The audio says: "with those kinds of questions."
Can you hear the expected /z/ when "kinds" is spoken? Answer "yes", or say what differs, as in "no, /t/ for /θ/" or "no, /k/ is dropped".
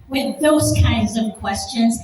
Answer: yes